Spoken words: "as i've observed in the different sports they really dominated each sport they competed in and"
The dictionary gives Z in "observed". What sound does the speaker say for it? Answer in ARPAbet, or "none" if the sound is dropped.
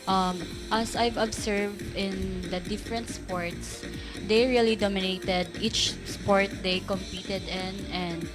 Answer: S